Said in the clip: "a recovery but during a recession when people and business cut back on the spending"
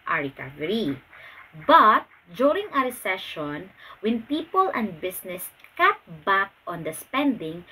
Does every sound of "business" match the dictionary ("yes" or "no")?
no